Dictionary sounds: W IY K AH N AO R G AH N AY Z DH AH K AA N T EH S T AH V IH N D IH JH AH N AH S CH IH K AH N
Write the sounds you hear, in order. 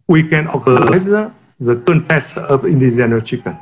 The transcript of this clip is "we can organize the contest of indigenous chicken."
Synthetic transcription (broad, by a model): W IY K AH N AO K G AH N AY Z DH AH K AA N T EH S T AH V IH N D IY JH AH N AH CH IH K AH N